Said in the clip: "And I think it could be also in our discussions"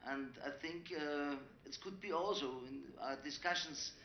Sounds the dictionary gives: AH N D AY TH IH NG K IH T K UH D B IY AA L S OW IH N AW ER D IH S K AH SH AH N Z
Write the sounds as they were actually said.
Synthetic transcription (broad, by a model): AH N D AY TH IH NG K IH T K UH D B IY AA L S OW IH N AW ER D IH S K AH SH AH N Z